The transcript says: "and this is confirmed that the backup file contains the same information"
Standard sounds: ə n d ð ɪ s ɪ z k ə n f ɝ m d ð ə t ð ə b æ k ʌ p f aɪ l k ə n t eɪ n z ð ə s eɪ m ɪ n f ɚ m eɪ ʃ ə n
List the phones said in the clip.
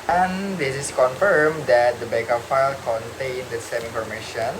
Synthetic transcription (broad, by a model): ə n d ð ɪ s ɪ s k ə n f ɝ m d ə t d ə b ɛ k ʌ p f aɪ l k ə n t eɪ n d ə s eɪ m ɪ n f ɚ m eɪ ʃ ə n